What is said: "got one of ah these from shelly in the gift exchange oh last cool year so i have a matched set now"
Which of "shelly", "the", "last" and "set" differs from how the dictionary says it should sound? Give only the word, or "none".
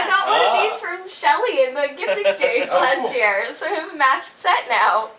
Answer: none